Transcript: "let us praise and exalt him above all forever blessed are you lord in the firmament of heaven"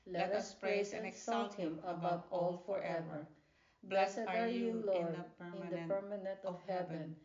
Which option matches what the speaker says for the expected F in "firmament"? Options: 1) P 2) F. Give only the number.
1